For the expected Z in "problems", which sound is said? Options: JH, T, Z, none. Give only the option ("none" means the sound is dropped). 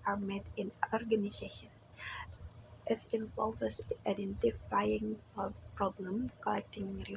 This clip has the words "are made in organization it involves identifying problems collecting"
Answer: none